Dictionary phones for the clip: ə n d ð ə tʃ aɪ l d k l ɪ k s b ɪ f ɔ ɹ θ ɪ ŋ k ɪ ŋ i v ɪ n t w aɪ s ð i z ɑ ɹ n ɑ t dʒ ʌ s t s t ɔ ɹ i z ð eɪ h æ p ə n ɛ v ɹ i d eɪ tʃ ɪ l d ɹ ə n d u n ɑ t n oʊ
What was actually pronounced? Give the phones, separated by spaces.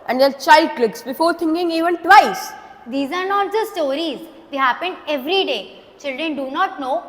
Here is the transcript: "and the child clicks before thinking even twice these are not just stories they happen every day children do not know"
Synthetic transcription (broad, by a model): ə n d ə tʃ aɪ l d k l ɪ k s b ɪ f ɔ ɹ t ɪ ŋ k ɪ ŋ i v ɪ n t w aɪ s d i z ɑ ɹ n ɑ t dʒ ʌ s s t ɔ ɹ i z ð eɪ h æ p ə n ɛ v ɹ i d eɪ tʃ ɪ l d ɹ ə n d u n ɑ t n oʊ